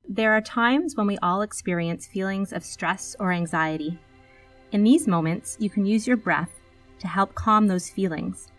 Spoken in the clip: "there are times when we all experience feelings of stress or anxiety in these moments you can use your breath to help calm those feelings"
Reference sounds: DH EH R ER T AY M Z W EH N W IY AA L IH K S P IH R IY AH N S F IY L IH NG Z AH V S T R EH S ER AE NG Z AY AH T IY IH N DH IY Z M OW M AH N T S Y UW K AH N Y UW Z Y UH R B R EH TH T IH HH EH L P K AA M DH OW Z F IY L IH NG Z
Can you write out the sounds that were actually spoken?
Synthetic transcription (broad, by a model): DH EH R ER T AY M Z W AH N W IY AA L IH K S P IH R IY AH N S F IY L IH NG Z AH V S T R EH S ER AE NG Z AY AH T IY IH N DH IY Z M OW M AH N T S Y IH K AH N Y UW Z Y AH R B R EH TH T IH HH EH L P K AA M DH OW Z F IY L IH NG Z